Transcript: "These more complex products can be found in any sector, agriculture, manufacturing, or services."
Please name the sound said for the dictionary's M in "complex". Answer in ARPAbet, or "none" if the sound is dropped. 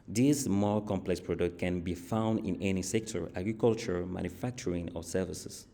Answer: M